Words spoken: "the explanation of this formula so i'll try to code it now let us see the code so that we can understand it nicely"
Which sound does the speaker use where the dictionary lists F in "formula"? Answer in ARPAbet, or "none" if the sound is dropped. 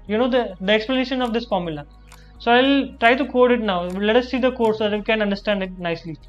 F